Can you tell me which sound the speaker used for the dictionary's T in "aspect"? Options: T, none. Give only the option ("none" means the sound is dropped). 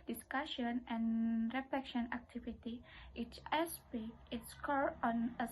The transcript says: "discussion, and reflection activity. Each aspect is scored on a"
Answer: none